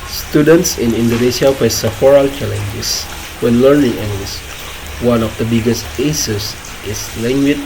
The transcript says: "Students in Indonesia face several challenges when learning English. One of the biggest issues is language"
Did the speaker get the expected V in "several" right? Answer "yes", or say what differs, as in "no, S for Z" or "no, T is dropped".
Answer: no, V is dropped